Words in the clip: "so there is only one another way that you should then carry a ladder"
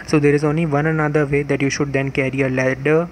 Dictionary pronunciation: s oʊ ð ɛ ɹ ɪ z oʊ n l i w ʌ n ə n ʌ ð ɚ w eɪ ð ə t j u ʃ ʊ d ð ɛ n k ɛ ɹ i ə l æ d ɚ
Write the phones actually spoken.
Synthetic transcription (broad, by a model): s oʊ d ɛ ɹ ɪ z oʊ n l i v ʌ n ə n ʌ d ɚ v eɪ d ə t j u ʃ ʊ d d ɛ n k ɛ ɹ i ə l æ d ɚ